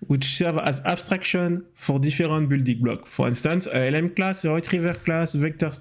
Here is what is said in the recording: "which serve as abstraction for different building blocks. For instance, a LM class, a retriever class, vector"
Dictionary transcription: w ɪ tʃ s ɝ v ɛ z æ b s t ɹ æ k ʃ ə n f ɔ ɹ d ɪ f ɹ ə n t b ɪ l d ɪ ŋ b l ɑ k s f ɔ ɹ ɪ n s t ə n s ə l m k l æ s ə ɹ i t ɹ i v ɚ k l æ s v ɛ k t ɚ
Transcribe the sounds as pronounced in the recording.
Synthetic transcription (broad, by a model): w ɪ tʃ s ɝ v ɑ z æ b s t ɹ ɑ k ʃ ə n f ɔ ɹ d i f ɹ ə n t b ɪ l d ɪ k b l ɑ k f ɔ ɹ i n s t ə n s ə l m k l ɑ s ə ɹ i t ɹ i v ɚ k l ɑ s v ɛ k t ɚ